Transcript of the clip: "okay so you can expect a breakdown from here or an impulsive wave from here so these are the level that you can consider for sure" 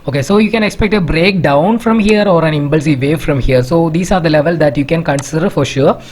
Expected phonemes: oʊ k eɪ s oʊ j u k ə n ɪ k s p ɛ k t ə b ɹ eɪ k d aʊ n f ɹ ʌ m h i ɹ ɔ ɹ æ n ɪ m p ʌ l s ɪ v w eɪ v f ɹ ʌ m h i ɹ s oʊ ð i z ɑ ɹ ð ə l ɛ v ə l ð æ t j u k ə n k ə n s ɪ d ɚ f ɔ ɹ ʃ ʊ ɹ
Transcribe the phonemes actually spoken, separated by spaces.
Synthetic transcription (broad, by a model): oʊ k eɪ s oʊ j u k ə n ɪ k s p ɛ k t ə b ɹ eɪ k d aʊ n f ɹ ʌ m h i ɹ ɔ ɹ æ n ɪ m b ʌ l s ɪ v eɪ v f ɹ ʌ m h i ɹ s oʊ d i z ɑ ɹ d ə l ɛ v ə l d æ t j u k ə n k ə n s ɪ d ɚ f ɔ ɹ ʃ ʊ ɹ